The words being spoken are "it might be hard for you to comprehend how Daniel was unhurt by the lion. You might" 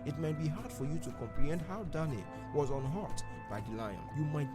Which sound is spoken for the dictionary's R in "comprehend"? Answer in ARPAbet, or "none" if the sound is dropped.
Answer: R